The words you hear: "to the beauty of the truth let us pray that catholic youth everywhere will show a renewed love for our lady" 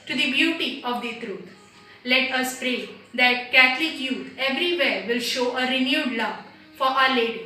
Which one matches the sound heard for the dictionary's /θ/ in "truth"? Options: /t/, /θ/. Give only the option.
/t/